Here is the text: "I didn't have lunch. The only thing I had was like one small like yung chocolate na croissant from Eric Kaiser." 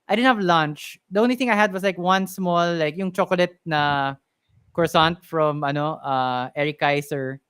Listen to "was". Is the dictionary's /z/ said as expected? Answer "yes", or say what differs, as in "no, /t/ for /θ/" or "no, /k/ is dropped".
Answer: no, /s/ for /z/